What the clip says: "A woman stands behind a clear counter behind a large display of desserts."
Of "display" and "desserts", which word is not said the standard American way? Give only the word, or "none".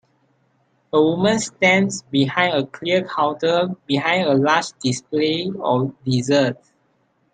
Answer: desserts